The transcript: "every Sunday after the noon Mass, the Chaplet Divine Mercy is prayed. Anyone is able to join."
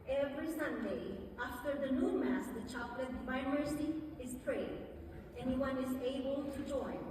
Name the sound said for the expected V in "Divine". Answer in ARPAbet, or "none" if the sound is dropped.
none